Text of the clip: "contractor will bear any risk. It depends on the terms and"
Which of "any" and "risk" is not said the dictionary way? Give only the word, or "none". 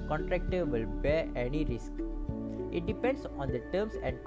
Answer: none